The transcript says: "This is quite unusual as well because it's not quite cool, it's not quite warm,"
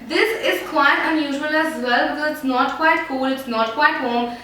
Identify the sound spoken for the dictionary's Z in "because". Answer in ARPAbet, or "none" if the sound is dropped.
none